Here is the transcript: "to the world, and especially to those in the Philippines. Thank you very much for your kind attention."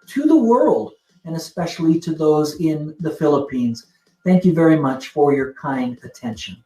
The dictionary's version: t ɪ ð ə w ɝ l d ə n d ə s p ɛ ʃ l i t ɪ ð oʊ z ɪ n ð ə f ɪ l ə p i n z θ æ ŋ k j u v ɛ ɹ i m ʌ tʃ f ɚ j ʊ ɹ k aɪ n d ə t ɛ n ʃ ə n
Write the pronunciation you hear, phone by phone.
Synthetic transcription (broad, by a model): t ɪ ð ə w ɝ l d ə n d ə s p ɛ ʃ l i t ɪ ð oʊ z ɪ n ð ə f ɪ l ə p i n z θ æ ŋ k j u v ɛ ɹ i m ʌ tʃ f ɚ j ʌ ɹ k aɪ n d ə t ɛ n ʃ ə n